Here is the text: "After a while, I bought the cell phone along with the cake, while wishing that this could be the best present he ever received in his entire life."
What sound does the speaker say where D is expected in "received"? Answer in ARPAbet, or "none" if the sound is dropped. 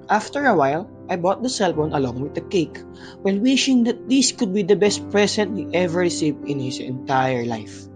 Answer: none